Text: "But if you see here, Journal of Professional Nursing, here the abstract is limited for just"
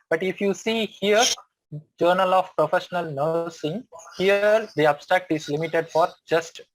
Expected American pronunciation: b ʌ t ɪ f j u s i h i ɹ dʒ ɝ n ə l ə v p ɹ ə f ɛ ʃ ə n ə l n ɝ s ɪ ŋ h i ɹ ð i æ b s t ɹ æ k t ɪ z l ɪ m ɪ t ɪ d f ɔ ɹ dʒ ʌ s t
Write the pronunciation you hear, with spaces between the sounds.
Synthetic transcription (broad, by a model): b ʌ t ɪ f j u s i h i ɹ dʒ ɝ n ə l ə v p ɹ ə f ɛ ʃ ə n ə l n ɝ s ɪ ŋ h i ɹ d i æ b s t ɹ æ k t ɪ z l ɪ m ɪ t ɪ d f ɔ ɹ dʒ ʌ s t